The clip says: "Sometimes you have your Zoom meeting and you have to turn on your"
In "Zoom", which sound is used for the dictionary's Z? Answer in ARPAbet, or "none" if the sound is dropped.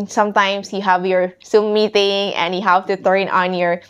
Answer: S